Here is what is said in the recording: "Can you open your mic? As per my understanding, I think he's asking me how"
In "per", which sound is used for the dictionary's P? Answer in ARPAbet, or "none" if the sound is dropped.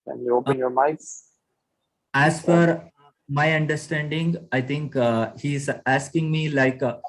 F